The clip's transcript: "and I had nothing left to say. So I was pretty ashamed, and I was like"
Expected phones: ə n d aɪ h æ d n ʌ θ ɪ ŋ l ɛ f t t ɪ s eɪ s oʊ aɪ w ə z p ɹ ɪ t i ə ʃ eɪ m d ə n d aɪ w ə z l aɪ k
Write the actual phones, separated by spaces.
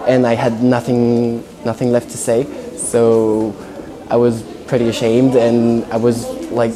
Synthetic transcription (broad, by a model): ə n d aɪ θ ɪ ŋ n ʌ θ ɪ ŋ l ɛ f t t ɪ s eɪ s oʊ aɪ w ə z p ɹ ɪ t i ə ʃ eɪ m d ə n aɪ w ə z l aɪ k